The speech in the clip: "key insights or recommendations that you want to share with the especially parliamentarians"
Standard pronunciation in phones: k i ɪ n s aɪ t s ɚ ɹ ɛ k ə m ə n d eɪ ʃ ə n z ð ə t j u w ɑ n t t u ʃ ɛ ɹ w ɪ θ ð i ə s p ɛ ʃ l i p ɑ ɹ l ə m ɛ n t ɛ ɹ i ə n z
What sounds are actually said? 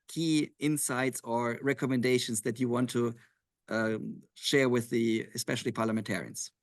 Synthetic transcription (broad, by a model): k i ɪ n s aɪ t s ɚ ɹ ɛ k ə m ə n d eɪ ʃ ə n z ð ə t j u w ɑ n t t u ʃ ɛ ɹ w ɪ ð i ə s p ɛ ʃ l i p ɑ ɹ l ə m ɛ n t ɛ ɹ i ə n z